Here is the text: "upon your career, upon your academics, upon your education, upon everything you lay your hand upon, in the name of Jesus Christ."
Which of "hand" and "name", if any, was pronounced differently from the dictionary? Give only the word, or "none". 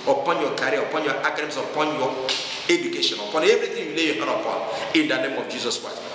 hand